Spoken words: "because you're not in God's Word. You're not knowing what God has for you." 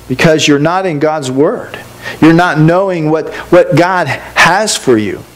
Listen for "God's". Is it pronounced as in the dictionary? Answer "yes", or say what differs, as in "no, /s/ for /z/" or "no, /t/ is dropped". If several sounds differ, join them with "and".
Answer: yes